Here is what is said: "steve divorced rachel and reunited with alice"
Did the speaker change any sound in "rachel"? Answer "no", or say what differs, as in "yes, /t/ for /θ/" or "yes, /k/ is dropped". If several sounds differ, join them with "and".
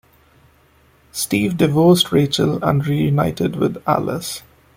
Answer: no